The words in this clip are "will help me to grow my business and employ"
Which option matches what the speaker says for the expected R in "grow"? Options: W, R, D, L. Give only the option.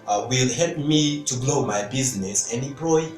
L